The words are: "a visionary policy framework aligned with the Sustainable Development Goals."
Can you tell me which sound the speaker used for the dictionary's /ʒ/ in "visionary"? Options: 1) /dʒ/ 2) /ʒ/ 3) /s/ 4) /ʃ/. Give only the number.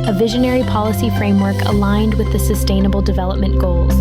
2